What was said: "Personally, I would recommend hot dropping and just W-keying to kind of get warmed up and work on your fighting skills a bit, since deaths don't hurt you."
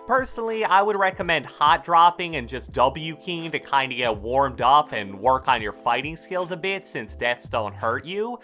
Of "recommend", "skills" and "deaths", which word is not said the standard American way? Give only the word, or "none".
none